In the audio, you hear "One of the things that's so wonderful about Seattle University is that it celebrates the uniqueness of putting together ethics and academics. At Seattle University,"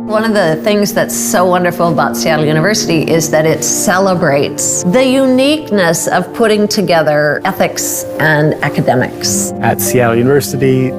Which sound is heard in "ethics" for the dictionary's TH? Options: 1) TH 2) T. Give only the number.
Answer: 1